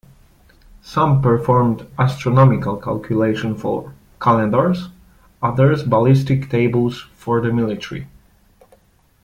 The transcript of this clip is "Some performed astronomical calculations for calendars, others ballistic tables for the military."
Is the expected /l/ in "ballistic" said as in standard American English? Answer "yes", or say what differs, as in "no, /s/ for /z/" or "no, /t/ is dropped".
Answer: yes